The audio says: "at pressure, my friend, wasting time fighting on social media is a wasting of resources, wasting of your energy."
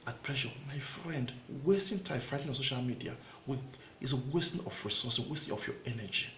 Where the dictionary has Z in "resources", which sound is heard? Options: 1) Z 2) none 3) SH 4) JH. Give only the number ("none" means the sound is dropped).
2